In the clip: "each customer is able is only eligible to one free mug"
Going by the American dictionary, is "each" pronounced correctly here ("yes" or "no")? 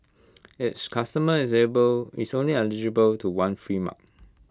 no